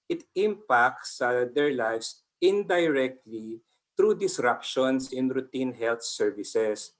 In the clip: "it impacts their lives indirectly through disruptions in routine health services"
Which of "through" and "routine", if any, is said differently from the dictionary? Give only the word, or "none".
through